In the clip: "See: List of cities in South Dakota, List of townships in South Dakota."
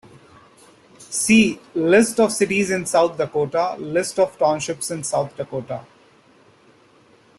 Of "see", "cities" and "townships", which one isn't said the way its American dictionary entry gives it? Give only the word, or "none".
none